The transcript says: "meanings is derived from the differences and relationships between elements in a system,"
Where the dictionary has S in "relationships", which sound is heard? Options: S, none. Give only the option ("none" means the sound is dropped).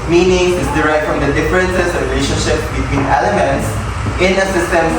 none